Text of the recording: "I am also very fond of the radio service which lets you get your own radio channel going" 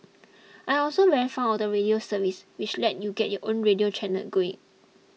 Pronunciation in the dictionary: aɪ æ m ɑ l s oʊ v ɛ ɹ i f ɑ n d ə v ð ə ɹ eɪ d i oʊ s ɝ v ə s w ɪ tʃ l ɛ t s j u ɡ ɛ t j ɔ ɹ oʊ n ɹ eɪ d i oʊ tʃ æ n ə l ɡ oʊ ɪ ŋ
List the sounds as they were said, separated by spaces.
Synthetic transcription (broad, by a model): aɪ ɑ l s oʊ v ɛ ɹ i f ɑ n ə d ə ɹ eɪ d i oʊ s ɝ v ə s w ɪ tʃ l ɛ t j u ɡ ɛ t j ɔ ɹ oʊ n ɹ eɪ d i oʊ tʃ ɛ n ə l ɡ oʊ ɪ ŋ